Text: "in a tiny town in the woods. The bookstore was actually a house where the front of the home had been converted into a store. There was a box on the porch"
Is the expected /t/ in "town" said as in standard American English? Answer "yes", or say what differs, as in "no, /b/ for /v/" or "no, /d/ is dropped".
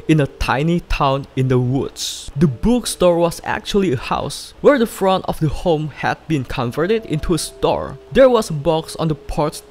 yes